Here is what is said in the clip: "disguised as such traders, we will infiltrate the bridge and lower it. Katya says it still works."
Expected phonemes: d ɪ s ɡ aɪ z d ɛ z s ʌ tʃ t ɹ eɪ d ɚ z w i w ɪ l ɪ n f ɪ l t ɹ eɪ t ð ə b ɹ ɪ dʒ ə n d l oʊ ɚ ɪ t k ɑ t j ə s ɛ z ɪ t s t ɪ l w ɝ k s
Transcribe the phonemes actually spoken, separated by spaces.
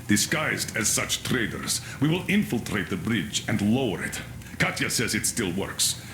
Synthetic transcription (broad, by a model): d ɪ s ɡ aɪ z d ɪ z s ʌ tʃ t ɹ eɪ d ɚ z w i w ɪ l ɪ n f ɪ l t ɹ eɪ t ð ə b ɹ ɪ dʒ ə n d l oʊ ɚ ɪ t k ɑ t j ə s ɛ z ɪ t s t ɪ l w ɝ k s